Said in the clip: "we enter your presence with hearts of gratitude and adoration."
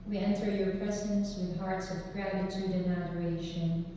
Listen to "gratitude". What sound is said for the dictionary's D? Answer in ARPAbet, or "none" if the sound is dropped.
D